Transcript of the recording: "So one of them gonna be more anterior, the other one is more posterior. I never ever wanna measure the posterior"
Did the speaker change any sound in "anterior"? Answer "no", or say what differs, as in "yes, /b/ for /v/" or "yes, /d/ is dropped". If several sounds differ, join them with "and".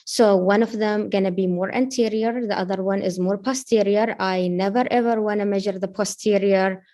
no